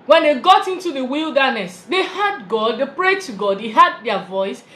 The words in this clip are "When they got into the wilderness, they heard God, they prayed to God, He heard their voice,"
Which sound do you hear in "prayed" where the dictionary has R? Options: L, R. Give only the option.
R